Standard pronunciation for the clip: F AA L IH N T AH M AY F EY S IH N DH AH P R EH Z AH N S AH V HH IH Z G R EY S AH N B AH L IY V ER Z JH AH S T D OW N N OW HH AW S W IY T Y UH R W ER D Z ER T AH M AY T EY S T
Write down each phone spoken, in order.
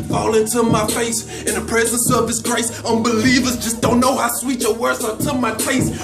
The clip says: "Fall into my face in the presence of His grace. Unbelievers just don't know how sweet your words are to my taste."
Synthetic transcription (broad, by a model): F AA L IH N T AH M AY F EY S IH N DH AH P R EH Z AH N S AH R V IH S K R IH S AH N B AH L IY V ER Z JH AH S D OW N N OW HH AW S W IY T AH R W ER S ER T AH M AY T EY S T